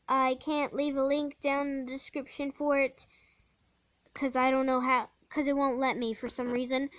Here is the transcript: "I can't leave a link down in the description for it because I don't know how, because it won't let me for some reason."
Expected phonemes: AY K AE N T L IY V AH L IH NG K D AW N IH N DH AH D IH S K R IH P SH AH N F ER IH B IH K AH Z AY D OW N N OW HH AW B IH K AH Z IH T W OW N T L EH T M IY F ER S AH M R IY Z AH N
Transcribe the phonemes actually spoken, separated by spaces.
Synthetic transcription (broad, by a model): AY K AE N T L IY V AH L IH NG K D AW IH N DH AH D IH S K R IH P SH AH N F ER IH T K AH Z AY D OW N N OW HH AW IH K AH Z IH T W OW N T L EH T M IY F ER S AH M R IY Z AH N